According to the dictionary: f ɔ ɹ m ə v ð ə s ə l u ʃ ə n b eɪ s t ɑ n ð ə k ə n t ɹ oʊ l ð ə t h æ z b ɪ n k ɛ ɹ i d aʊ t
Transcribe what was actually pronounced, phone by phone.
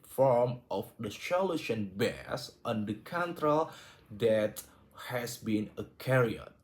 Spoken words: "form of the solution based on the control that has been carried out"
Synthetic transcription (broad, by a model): f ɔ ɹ m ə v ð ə ʃ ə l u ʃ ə n b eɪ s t ɑ n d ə k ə n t ɹ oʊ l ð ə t h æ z b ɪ n k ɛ ɹ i ʌ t